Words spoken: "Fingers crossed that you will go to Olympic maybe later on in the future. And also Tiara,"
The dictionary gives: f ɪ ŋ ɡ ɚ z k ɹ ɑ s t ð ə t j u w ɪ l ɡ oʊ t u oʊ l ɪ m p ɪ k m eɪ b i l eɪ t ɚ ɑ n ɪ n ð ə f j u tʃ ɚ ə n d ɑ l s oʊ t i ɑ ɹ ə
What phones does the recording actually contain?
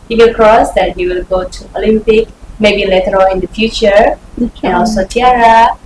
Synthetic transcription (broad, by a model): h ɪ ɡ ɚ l k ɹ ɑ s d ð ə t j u w ɪ l ɡ oʊ t u oʊ l ɪ m p ɪ k m eɪ b i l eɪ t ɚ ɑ l ɪ n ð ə f j u tʃ ɚ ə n ɑ l s oʊ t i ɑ ɹ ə